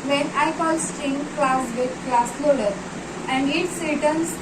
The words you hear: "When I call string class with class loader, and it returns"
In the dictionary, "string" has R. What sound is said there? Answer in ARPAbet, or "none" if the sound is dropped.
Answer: none